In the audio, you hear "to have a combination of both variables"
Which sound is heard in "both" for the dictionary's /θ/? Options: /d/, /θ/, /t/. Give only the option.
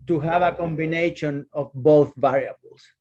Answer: /θ/